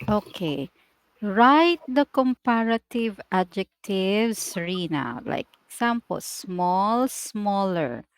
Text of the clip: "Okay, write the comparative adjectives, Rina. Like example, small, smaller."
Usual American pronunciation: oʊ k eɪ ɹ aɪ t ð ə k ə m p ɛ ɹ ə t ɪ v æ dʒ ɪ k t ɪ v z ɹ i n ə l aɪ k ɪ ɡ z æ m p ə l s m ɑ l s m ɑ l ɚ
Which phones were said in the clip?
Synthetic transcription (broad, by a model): oʊ k eɪ ɹ aɪ t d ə k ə m p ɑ ɹ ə t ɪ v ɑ dʒ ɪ k t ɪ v s ɹ i n ə l aɪ k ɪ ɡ s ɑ m p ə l s m ɑ l s m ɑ l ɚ